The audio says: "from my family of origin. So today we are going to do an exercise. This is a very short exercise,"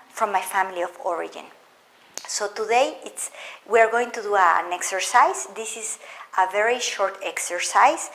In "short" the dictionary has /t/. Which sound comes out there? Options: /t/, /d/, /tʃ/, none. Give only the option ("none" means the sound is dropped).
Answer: /t/